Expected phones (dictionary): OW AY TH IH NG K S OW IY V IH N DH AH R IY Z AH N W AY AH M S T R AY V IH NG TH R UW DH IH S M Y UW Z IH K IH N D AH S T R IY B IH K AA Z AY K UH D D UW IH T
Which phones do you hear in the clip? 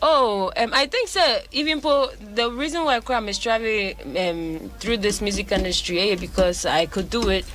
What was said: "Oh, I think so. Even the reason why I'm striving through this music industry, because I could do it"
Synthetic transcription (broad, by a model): OW AY TH IH NG K S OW IY V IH N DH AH R IY Z AH N W AY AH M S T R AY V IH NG TH R UW DH IH S M Y UW Z IH K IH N D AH S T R IY B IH K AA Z AY K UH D D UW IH T